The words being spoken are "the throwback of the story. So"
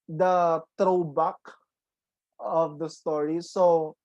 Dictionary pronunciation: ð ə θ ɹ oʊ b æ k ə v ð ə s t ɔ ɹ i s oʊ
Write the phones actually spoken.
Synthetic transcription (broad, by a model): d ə t ɹ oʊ b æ k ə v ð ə s t ɔ ɹ i s oʊ